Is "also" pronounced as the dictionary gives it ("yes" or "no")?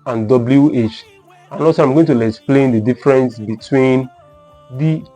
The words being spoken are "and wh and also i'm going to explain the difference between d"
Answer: no